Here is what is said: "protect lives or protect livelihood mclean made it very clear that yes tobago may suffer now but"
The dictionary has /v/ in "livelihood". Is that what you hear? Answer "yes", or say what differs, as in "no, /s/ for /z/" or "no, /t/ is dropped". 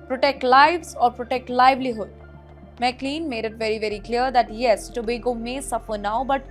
yes